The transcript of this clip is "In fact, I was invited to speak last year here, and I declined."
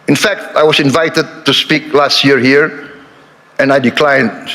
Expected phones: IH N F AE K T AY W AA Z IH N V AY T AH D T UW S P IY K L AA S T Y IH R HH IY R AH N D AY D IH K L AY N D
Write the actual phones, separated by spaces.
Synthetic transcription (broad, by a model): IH N F AE K T AY W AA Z IH N V AY T AH D T UW S P IY K L AA S T Y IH R HH IY R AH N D AY D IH K L AY N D